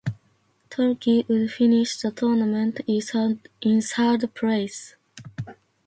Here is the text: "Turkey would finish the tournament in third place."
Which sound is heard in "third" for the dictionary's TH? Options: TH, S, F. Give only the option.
S